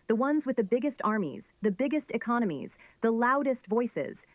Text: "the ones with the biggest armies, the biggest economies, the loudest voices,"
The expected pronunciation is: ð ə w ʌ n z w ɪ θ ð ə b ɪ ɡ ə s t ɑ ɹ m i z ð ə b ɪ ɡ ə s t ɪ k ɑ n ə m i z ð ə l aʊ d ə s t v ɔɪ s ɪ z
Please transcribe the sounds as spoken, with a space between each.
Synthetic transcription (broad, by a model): ð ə w ʌ n z w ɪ ð ə b ɪ ɡ ə s t ɑ ɹ m i z ð ə b ɪ ɡ ə s t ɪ k ɑ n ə m i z ð ə l aʊ d ə s t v ɔɪ s ɪ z